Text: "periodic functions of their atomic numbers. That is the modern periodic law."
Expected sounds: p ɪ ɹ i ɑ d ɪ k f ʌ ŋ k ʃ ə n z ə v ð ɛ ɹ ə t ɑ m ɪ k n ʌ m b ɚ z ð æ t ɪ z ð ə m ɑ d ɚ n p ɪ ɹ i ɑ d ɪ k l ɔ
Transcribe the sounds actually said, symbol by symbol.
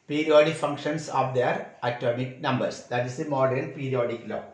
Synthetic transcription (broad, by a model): p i ɹ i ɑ d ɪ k f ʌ ŋ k ʃ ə n s ə v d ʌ ɹ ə t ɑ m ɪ k n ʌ m b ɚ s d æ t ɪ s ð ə m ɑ d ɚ l p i ɹ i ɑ d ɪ k l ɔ